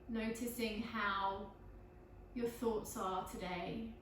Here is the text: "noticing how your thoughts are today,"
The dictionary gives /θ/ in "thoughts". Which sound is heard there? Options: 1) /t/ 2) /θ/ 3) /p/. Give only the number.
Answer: 2